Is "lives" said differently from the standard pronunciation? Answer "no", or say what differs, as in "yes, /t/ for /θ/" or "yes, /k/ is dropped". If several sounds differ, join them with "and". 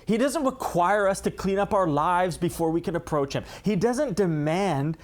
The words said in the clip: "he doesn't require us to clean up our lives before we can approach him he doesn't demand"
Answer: no